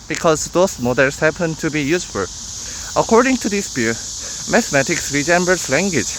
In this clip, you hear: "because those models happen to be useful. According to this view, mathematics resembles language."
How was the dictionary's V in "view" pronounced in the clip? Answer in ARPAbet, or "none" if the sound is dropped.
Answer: B